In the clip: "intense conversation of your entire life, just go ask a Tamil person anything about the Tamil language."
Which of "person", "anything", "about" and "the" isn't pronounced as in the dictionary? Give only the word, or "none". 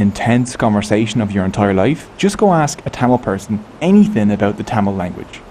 none